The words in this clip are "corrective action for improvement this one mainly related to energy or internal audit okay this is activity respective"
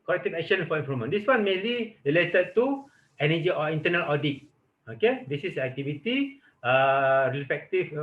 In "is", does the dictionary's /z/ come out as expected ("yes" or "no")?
no